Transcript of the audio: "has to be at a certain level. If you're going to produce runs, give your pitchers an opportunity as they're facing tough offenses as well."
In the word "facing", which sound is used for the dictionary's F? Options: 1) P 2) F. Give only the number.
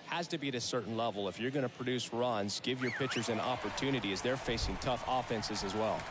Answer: 2